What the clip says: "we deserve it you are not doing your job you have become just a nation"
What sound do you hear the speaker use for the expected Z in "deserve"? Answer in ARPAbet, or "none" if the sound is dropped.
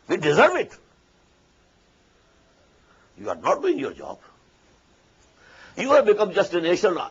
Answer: Z